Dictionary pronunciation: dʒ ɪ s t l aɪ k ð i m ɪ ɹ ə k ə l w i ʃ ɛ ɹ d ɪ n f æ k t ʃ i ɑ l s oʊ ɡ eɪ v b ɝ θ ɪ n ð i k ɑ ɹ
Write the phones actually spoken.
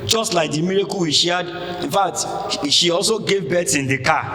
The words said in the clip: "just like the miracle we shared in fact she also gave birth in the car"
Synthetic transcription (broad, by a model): dʒ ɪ s t l aɪ k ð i m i ɹ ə k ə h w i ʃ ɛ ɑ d ɪ n f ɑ k t ʃ i ɑ l s oʊ ɡ eɪ v b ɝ s ɪ n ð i k ɑ